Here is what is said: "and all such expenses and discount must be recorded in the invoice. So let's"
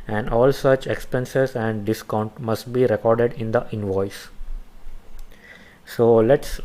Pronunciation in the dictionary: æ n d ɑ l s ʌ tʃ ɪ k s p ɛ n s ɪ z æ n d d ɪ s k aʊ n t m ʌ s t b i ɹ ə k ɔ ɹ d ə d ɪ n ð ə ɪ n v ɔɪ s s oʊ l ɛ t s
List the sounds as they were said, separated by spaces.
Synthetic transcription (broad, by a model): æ n d ɑ l s ʌ tʃ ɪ k s p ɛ n s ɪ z æ n d d ɪ s k aʊ n t m ʌ s t b i ɹ ə k ɔ ɹ d ə d ɪ n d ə ɪ n v ɔɪ s s oʊ l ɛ t s